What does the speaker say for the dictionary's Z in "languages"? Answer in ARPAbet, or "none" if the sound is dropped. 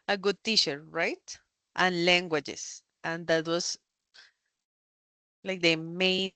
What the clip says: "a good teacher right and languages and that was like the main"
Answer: S